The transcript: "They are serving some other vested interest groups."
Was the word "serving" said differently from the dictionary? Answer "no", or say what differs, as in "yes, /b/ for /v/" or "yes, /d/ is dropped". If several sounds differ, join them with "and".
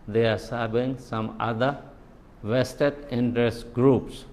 yes, /b/ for /v/